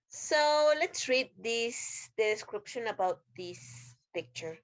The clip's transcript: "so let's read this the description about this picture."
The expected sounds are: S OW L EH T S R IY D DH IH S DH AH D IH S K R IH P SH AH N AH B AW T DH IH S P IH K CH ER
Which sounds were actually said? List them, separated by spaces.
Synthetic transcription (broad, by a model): S OW L EH T S R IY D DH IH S D IH S K R IH P SH AH N AH B AW T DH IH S P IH K CH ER